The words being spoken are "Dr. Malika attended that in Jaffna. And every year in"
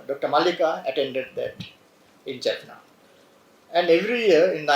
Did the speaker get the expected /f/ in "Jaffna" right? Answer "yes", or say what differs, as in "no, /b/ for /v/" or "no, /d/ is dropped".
no, /p/ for /f/